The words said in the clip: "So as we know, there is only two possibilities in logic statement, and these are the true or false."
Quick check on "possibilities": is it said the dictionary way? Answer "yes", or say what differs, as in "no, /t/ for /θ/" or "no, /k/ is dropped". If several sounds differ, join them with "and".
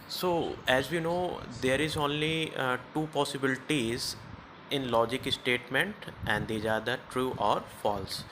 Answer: yes